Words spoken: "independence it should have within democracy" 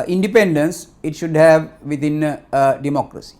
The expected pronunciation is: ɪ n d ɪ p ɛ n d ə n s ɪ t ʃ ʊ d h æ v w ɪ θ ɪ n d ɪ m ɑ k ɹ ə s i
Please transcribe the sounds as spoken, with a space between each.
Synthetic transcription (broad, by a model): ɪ n d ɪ p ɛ n d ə n s ɪ t ʃ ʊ d h æ v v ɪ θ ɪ n d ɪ m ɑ k ɹ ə s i